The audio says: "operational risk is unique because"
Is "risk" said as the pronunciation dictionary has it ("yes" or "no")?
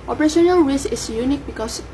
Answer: no